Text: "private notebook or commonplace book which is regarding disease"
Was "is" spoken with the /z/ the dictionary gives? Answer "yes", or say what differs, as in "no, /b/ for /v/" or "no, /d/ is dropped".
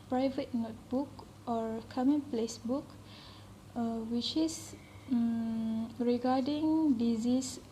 no, /s/ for /z/